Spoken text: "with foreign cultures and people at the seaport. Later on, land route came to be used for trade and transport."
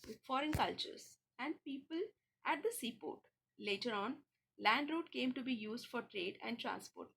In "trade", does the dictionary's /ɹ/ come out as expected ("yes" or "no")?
yes